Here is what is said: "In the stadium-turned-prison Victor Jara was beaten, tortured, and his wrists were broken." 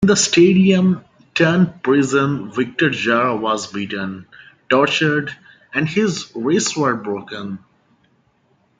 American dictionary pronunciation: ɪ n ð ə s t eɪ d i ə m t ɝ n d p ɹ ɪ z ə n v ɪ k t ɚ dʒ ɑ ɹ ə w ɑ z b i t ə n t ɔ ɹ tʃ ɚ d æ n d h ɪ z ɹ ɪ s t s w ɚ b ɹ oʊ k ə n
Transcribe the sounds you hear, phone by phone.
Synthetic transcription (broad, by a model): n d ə s t eɪ d i ə m t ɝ n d p ɹ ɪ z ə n v ɪ k t ɚ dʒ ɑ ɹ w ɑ z b i t ə n t ɔ ɹ tʃ ɚ d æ n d h ɪ z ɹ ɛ s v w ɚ b ɹ oʊ k ə n